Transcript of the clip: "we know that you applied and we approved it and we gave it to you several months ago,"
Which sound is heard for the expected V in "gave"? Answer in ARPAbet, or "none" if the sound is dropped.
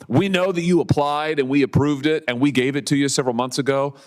V